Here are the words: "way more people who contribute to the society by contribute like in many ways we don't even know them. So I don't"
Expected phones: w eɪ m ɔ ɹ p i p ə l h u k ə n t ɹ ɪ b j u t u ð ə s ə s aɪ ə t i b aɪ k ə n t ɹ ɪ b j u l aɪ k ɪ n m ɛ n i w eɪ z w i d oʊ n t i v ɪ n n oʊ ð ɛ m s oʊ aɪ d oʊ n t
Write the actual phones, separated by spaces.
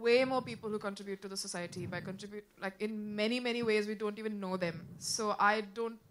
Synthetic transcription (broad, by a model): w eɪ m ɔ ɹ p i p ə l h u k ə n t ɹ ɪ b j u t u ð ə s ə s aɪ ə t i b aɪ k ə n t ɹ ɪ b j u l aɪ k ɪ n m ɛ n i w eɪ z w i d oʊ n t i v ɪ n n oʊ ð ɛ m s oʊ aɪ d oʊ n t